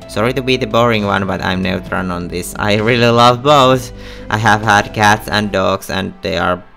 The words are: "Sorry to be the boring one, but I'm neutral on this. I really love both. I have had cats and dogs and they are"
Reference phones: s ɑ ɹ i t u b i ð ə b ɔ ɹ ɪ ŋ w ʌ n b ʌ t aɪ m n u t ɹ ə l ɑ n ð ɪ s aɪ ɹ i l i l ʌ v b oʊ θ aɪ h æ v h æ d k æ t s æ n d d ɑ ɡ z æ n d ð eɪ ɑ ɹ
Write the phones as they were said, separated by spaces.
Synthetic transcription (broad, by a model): s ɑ ɹ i t u b i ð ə b ɔ ɹ ɪ ŋ w ʌ n b ʌ t aɪ m n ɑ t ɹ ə n ɑ n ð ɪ s aɪ ɹ i l i l ʌ v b oʊ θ aɪ h æ v h æ d k æ t s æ n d d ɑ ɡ s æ n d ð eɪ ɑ ɹ